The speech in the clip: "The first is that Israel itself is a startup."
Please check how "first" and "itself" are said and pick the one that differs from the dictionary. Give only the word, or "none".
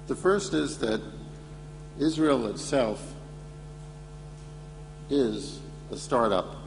none